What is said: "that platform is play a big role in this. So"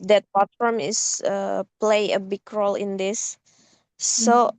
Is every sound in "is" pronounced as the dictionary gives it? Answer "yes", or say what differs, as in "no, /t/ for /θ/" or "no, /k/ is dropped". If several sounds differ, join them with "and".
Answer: no, /s/ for /z/